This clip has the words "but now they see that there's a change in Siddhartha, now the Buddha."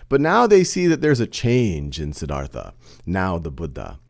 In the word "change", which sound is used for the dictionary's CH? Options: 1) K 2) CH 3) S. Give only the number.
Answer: 2